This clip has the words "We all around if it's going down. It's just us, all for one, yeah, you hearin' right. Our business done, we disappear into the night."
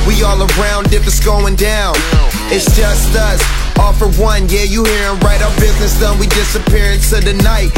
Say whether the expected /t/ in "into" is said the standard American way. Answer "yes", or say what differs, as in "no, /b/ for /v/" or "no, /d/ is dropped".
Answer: no, /s/ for /t/